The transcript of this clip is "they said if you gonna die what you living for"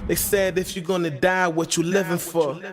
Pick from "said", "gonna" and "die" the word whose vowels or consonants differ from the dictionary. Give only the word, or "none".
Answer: none